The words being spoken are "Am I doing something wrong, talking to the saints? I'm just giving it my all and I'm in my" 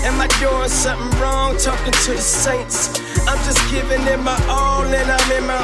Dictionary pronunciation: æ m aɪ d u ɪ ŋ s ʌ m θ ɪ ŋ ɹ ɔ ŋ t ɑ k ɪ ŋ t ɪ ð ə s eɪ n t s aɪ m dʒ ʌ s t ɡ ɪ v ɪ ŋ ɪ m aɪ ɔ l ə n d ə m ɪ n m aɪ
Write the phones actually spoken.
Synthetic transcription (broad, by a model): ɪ m aɪ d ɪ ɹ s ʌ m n ɹ ɔ ŋ t ɑ k ɪ ŋ t ɪ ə s eɪ n t s aɪ m dʒ ʌ s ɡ ɪ v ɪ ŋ ɪ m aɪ ɔ n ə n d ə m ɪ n m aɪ